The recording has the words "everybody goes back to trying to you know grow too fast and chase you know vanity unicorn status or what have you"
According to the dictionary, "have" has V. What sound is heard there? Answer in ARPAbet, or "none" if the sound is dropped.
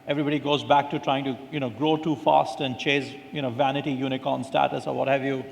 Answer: V